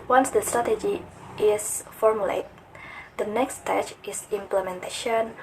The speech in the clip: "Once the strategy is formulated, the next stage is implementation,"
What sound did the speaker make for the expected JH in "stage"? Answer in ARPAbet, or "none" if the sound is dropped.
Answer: CH